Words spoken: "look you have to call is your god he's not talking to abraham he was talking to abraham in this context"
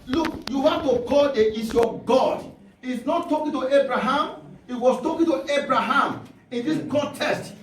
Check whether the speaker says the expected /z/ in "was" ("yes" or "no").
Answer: no